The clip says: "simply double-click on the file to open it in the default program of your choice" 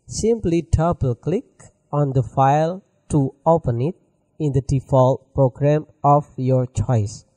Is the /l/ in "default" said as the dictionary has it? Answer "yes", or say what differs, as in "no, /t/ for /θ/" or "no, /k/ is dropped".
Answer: yes